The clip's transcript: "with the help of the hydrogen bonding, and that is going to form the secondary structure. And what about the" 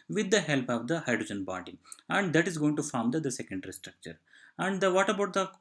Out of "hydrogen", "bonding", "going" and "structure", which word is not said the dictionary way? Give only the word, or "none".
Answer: bonding